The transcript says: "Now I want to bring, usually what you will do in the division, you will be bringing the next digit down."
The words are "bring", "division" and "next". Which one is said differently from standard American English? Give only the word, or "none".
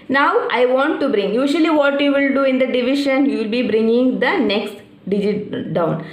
division